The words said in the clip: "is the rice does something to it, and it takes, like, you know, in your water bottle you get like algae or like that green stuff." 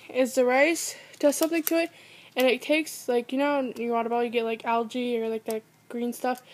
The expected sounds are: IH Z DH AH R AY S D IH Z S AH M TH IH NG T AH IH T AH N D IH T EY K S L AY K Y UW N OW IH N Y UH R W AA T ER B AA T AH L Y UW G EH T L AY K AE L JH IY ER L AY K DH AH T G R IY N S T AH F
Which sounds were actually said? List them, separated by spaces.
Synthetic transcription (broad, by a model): IH Z DH AH R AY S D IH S S AH M TH IH NG T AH IH T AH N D IH T EY K S L AY K Y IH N OW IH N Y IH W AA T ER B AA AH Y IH G EH T L AY K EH L JH IY ER L AY K DH AH T G R IY N S T AH F